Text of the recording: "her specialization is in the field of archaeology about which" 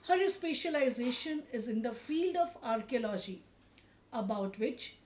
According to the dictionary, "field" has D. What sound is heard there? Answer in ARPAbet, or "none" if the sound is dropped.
D